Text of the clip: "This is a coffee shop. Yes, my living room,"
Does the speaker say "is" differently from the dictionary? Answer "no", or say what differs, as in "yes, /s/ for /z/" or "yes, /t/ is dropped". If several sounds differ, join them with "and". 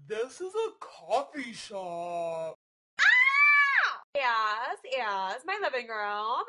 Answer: no